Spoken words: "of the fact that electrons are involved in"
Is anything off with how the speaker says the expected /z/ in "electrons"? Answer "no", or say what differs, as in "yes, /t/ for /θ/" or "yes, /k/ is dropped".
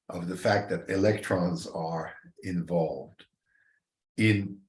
no